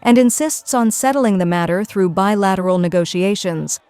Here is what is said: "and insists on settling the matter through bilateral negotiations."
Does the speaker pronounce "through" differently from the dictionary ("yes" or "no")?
no